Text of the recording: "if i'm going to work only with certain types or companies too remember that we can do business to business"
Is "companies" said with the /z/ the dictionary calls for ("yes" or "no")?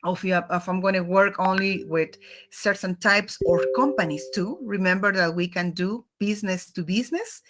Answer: no